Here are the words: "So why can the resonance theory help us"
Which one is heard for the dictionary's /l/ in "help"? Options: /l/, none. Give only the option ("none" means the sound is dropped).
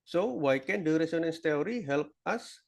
/l/